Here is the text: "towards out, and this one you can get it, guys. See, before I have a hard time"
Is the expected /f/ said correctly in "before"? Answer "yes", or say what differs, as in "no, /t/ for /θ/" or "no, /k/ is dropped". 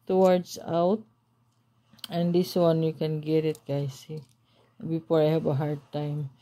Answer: no, /p/ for /f/